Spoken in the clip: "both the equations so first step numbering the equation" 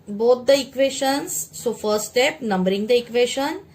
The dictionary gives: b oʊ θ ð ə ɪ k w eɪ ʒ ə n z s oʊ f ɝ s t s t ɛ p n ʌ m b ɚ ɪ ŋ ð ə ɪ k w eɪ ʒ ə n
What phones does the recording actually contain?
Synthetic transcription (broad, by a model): b oʊ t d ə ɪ k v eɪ ʃ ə n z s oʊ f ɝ t s t ɛ p n ʌ m b ɚ ɪ ŋ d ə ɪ k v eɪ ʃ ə n